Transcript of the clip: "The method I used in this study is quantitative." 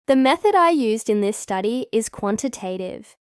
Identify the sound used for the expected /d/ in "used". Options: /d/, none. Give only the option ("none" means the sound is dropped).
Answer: /d/